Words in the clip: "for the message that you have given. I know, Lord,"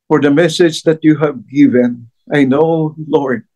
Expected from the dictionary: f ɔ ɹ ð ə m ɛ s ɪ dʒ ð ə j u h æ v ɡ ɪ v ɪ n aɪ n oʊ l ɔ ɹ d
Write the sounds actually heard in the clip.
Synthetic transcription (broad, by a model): f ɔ ɹ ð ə m ɛ s ɪ dʒ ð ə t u h æ v ɡ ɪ v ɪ n aɪ n oʊ l ɔ ɹ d